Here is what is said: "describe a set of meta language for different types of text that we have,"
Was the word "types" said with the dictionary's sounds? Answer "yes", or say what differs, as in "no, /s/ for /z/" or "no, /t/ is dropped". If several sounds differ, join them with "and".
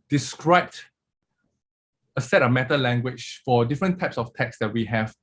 yes